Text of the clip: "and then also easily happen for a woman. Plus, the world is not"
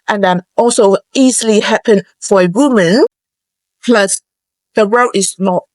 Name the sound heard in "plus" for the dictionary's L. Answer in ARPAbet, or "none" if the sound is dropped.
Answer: L